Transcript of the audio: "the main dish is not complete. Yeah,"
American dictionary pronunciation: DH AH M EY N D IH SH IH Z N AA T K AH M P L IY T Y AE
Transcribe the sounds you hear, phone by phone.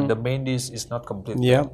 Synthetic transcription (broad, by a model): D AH M EY N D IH S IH S N AA T K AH M P L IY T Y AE